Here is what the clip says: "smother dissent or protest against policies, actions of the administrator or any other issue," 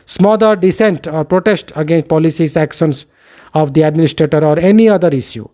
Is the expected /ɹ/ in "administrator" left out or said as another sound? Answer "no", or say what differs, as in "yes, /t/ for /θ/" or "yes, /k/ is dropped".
no